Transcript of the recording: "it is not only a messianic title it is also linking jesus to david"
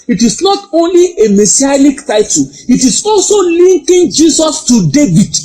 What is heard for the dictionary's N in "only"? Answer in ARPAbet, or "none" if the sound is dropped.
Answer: N